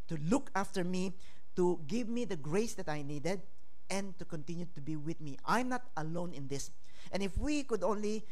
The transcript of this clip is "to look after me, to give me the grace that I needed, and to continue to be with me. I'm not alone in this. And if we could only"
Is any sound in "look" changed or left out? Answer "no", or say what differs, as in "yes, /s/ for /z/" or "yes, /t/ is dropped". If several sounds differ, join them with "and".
no